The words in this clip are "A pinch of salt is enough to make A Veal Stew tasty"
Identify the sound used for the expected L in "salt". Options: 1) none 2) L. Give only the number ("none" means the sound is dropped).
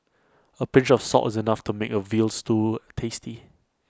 1